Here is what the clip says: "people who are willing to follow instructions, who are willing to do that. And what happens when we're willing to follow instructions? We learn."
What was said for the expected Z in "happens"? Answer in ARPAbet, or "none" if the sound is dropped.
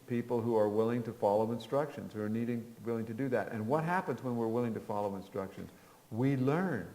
Z